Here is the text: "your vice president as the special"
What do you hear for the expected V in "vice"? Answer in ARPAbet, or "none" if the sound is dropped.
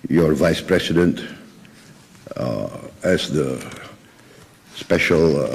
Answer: V